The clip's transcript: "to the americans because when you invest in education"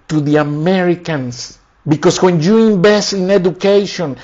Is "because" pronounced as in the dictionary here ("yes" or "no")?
no